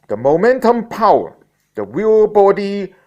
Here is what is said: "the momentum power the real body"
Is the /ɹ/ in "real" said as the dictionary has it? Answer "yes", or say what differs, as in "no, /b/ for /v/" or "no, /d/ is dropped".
no, /w/ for /ɹ/